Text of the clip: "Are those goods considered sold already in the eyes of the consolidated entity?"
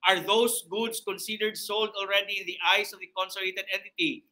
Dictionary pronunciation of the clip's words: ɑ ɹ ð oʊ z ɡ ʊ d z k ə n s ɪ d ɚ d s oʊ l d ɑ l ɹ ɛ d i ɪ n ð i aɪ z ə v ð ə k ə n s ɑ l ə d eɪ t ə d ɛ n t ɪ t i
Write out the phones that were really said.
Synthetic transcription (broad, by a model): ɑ ɹ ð oʊ s ɡ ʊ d s k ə n s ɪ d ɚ d s oʊ l d ɑ l ɹ ɛ d i ɪ n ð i aɪ s ə v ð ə k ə n s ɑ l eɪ t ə d ɛ n t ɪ t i